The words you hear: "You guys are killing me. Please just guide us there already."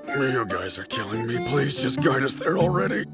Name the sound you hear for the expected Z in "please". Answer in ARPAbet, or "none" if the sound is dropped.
Z